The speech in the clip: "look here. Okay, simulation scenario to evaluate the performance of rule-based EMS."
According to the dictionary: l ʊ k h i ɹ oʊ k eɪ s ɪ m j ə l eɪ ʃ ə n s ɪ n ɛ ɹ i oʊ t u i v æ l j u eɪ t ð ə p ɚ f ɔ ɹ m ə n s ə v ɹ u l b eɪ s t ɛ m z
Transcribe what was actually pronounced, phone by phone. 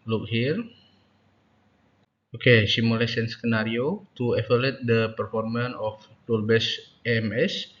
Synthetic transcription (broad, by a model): l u k h i ɹ oʊ k eɪ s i m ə l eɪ s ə n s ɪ n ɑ ɹ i oʊ t u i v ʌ l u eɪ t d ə p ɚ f ɔ ɹ m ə n ə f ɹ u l b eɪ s ɛ m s